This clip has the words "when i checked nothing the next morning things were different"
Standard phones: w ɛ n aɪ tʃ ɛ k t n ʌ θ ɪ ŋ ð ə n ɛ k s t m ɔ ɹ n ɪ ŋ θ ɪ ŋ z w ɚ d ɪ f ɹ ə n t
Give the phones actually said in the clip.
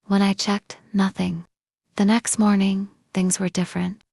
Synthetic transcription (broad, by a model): w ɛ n aɪ tʃ ɛ k t n ʌ θ ɪ ŋ ð ə n ɛ k s t m ɔ ɹ n ɪ ŋ θ ɪ ŋ z w ɚ d ɪ f ɹ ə n t